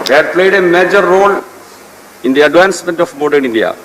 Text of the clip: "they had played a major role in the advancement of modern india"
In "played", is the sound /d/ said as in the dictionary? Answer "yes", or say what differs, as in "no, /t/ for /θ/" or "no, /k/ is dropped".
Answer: yes